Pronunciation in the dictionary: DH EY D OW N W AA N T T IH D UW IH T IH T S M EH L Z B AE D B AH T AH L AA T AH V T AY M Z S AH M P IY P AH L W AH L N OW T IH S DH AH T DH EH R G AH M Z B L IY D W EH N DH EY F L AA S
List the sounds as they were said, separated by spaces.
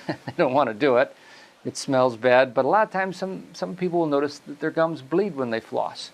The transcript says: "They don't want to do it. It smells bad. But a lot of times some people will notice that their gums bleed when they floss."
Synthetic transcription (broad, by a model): DH EY D OW N W AA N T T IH D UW IH T IH T S M EH L Z B AE D B AH T AH L AA T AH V T AY M Z S AH M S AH P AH L W AH L N OW T IH S DH AH T DH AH R G AH M Z B L IY D W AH N DH EY F L AA S